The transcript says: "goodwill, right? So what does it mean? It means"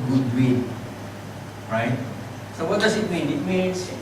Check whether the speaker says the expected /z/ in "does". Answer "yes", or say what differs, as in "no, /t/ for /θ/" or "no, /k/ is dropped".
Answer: no, /s/ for /z/